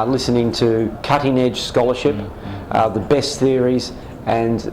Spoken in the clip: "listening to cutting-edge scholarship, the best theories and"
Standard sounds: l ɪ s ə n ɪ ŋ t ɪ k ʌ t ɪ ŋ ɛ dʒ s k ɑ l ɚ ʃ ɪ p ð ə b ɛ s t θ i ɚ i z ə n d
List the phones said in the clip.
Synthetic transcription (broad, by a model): l ɪ s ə n ɪ ŋ t ɪ k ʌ t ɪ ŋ ɛ dʒ s k ɑ l ɚ ʃ ɪ p ð ə b ɛ s t θ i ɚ i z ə n